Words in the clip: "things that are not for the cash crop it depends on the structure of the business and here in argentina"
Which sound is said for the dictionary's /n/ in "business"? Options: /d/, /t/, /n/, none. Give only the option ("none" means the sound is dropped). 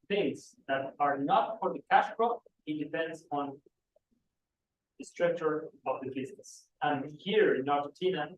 none